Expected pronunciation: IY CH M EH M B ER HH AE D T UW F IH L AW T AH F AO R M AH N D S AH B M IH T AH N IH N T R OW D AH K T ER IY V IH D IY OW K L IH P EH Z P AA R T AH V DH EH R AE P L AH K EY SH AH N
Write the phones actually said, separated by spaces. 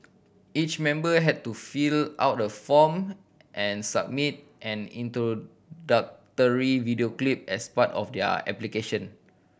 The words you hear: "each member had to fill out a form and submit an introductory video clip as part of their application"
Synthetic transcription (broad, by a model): IY CH M EH M B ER HH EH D T UW F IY L AW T AH F AO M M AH N S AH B M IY T AH N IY N T R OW D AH K T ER IY V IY D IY OW K L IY P EH S P AA T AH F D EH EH P L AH K EY SH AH N